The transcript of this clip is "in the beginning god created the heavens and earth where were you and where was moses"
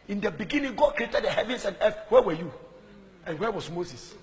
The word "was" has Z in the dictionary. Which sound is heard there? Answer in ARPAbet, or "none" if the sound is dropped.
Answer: S